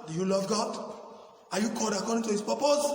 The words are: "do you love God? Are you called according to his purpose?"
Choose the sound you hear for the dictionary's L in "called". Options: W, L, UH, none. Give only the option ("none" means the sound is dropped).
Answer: none